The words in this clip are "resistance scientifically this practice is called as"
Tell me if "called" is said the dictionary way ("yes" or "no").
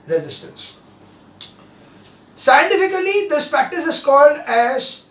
yes